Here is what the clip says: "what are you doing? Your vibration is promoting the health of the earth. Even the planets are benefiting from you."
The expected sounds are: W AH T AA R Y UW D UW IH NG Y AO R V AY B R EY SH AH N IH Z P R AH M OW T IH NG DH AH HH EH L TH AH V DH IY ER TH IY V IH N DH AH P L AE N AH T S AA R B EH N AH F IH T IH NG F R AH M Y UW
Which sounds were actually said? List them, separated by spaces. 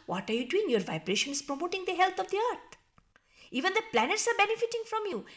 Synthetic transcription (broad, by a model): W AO T AA R Y UW D UW IH NG Y AO R V AY B R EY SH AH N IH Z P R AH M OW T IH NG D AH HH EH L T AH V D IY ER T IY V IH N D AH P L AE N AH T S AA R B EH N AH F IH T IH NG F R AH M Y UW